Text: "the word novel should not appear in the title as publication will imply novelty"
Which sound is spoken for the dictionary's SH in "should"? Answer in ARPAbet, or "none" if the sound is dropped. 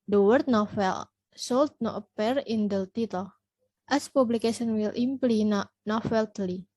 S